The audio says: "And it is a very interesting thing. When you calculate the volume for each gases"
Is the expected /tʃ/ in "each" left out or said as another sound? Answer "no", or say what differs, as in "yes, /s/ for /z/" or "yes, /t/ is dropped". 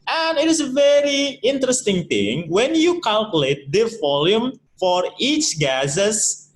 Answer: no